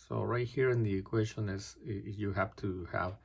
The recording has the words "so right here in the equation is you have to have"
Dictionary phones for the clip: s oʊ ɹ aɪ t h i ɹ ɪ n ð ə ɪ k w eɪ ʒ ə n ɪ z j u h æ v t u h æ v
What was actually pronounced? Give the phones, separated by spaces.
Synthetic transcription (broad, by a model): s oʊ ɹ aɪ t h i ɹ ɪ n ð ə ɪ k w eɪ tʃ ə n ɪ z j u h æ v t u h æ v